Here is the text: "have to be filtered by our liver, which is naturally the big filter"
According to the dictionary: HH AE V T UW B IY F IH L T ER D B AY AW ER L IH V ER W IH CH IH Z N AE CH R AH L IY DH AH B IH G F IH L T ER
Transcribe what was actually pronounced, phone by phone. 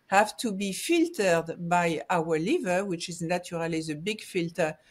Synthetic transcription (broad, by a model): HH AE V T UW B IY F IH L T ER D B AY AW ER L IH V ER W IH CH IH Z N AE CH R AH L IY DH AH B IH G F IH L T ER